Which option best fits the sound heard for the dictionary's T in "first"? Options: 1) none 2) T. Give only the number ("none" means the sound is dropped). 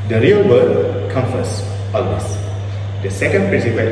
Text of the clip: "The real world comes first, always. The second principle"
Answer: 1